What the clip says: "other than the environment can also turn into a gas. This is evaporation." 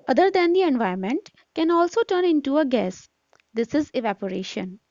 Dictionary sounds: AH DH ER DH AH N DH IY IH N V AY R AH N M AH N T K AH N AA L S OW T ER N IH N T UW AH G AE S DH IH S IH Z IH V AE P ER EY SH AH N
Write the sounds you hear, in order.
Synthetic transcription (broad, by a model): AH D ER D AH N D IY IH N V AY AH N M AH N T K AH N AA L S OW T ER N IH N T UW AH G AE S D IH S IH Z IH V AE P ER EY SH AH N